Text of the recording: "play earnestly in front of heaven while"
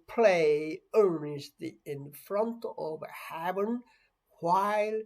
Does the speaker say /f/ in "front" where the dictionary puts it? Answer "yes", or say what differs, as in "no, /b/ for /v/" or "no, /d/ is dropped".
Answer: yes